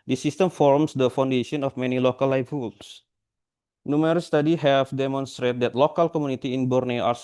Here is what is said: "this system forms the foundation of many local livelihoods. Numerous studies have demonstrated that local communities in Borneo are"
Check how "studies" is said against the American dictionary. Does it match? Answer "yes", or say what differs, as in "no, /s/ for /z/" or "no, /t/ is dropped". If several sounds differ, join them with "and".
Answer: no, /z/ is dropped